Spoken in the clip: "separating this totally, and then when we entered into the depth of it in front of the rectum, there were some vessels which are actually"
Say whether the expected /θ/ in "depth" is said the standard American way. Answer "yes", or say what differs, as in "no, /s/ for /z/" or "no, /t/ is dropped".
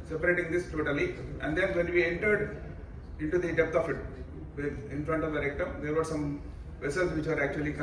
no, /f/ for /θ/